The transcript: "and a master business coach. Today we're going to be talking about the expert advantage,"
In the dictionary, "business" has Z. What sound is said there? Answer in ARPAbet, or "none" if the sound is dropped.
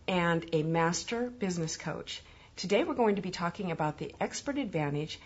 Z